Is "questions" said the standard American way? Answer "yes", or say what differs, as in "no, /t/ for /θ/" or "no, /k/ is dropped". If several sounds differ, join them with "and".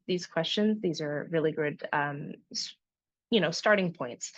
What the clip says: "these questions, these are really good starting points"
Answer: yes